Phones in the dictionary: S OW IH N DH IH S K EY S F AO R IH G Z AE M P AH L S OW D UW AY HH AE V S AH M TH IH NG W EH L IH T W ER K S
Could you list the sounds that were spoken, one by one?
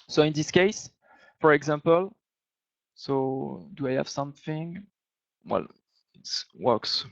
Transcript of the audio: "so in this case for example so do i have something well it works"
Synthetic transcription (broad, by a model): S OW IH N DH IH S K EY S F AO R IH G Z AE M P AH L S OW D UW AY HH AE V S AH M TH IH NG W EH L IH T W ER K S